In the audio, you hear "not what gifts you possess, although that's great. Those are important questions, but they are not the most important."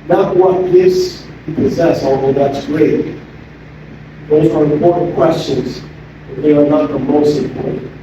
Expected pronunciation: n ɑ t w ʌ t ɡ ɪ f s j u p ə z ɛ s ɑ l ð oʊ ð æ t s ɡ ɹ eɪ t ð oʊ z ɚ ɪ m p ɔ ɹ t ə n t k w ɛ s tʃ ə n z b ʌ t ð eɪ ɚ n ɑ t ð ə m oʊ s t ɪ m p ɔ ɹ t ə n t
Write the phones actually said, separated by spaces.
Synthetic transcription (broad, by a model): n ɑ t w ʌ t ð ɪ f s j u p ə z ɛ s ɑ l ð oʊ ð æ t s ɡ ɹ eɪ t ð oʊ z ɚ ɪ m p ɔ ɹ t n k w ɛ s tʃ ə n z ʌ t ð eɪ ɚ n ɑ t ð ə m oʊ s t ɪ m p ɔ ɹ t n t